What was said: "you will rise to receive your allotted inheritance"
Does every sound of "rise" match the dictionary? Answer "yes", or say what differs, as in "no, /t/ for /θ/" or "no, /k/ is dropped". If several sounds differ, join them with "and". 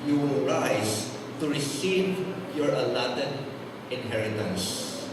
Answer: no, /s/ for /z/